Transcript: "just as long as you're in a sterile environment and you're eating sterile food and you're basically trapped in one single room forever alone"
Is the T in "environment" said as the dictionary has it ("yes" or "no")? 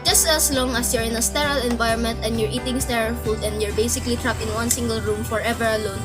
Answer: yes